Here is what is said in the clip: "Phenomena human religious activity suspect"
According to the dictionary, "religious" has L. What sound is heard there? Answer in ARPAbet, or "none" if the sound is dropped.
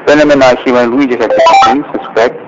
none